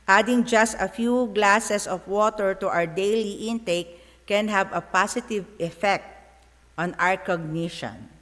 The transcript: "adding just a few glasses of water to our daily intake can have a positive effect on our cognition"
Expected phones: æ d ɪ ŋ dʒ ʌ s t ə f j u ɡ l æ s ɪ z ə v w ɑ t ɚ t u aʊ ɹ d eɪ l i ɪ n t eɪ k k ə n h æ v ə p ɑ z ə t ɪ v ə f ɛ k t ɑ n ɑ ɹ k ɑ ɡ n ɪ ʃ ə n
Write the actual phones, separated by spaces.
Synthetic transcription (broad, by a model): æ d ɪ ŋ dʒ ʌ s t ə f j u ɡ l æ s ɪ s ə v w ɑ t ɚ t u aʊ ɹ d eɪ l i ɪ n t eɪ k k ə n h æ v ə p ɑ s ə t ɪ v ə f ɛ k t ɑ n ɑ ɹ k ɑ ɡ n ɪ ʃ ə n